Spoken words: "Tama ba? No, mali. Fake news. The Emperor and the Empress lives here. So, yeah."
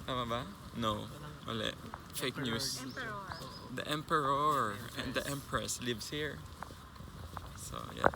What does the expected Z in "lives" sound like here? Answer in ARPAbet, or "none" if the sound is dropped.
S